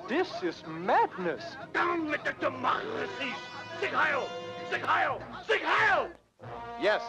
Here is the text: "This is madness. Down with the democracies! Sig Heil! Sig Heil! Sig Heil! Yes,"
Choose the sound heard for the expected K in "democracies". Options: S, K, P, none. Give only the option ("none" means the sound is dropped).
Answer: none